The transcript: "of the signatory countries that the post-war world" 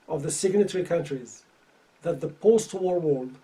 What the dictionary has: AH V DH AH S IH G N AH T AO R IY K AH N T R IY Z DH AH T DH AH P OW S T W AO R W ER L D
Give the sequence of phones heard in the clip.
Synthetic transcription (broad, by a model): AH V DH AH S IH G N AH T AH R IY K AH N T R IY Z DH AH T DH AH P OW S T W AO R W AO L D